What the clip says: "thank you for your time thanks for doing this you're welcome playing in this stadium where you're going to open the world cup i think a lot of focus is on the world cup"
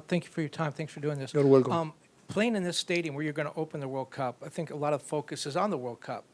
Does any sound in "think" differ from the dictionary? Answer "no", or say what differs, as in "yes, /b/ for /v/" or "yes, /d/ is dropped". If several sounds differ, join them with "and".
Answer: no